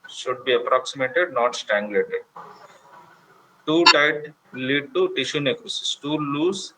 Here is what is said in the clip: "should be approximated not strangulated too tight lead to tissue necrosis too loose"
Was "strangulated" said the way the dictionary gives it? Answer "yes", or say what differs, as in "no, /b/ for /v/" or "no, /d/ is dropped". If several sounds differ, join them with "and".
no, /ɹ/ is dropped